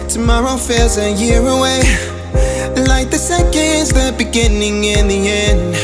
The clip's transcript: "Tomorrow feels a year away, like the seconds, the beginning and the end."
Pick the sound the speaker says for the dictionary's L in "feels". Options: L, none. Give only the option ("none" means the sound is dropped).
none